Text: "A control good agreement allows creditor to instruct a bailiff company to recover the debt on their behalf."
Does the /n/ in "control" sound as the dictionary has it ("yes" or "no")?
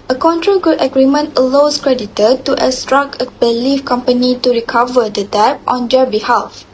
yes